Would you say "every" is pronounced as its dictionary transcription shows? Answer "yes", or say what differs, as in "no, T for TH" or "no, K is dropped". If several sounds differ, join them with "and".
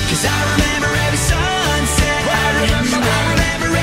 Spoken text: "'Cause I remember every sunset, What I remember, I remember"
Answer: no, R is dropped